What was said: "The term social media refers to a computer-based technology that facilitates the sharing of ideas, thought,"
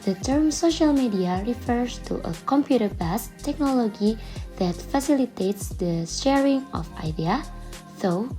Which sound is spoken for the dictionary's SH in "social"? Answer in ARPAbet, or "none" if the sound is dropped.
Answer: SH